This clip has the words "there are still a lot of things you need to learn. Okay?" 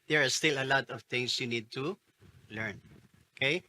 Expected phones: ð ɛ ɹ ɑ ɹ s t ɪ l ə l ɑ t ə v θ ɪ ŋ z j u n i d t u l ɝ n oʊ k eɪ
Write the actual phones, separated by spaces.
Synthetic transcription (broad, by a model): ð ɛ ɹ ɑ ɹ s t ɪ l ə l ɑ t ə v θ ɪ ŋ s j u n i d t u l ɝ n oʊ k eɪ